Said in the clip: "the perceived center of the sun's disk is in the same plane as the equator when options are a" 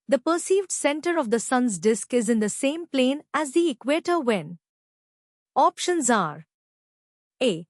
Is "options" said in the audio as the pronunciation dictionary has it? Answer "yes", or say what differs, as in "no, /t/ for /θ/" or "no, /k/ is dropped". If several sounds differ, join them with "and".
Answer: yes